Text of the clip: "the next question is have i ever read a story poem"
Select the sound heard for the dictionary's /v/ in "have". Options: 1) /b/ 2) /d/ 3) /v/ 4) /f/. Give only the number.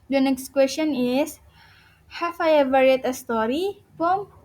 4